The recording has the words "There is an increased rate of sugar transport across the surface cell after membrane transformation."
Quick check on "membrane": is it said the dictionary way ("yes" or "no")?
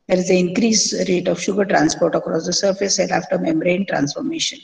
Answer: no